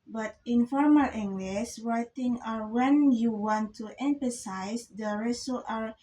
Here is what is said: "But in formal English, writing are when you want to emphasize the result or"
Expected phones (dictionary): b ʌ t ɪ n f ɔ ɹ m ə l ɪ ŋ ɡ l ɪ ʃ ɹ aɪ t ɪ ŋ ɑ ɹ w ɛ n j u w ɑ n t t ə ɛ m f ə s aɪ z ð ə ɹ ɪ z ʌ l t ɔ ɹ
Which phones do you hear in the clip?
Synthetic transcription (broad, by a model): b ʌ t ɪ n f ɔ ɹ m ə l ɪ ŋ ɡ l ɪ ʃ ɹ aɪ t ɪ ŋ ɑ ɹ w ɛ n j u w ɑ n t t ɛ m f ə s aɪ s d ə ɹ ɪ s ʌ t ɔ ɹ